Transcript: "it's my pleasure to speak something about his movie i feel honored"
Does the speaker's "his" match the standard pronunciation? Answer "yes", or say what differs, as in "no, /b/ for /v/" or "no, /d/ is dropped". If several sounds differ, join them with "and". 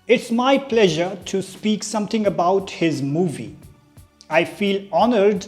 yes